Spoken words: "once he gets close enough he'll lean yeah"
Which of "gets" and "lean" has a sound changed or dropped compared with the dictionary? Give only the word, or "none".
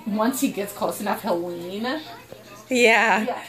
lean